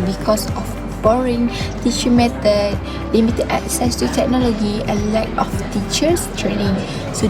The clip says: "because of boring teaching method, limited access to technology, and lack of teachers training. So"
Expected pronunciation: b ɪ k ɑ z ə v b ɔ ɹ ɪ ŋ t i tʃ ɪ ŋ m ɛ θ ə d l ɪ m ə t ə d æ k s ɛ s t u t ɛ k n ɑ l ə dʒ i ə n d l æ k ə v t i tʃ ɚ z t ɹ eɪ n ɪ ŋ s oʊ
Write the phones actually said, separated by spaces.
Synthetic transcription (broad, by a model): b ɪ k ɑ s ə f b ɔ ɹ ɪ ŋ t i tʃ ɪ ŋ m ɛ t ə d l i m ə t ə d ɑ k s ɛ s t u t ɛ k n ɑ l ə dʒ i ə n l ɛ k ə f t i tʃ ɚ s t ɹ eɪ n ɪ ŋ s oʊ